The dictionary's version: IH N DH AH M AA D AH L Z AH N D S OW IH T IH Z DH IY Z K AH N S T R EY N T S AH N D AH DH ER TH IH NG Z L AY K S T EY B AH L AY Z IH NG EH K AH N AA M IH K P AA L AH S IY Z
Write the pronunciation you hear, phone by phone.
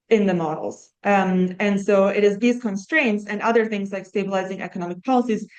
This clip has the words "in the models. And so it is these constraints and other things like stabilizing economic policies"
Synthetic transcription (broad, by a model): IH N DH AH M AA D L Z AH N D S OW IH T IH Z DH IY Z K AH N S T R EY N T S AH N AH DH ER TH IH NG Z L AY K S T EY B AH L AY Z IH NG EH K AH N AA M IH K P AA L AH S IY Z